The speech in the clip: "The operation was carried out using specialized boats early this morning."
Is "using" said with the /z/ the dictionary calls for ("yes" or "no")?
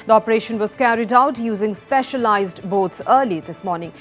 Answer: yes